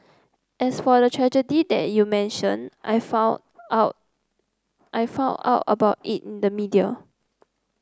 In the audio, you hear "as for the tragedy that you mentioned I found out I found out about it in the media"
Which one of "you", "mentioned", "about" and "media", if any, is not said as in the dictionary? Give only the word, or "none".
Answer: mentioned